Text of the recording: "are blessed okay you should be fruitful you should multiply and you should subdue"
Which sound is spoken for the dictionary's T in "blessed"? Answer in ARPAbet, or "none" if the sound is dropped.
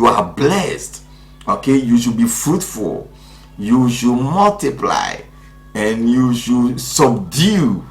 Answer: T